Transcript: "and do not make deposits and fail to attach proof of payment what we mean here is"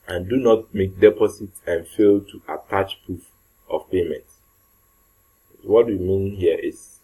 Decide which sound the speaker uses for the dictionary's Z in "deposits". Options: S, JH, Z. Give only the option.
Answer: S